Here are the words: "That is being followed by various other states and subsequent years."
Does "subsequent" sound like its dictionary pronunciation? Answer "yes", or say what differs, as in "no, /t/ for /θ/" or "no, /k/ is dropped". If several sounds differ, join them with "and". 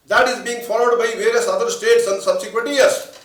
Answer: yes